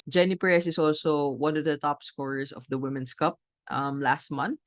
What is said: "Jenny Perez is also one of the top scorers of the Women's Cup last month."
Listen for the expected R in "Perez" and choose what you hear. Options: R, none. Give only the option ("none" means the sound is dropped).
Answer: none